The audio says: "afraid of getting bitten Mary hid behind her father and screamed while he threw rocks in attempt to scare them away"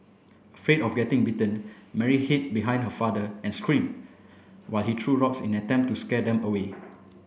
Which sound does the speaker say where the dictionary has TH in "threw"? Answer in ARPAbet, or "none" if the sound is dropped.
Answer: T